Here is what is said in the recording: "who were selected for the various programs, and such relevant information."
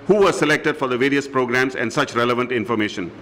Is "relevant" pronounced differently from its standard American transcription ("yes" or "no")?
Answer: no